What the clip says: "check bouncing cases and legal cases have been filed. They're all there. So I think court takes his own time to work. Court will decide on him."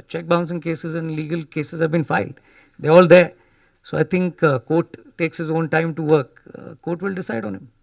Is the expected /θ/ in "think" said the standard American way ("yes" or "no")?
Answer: no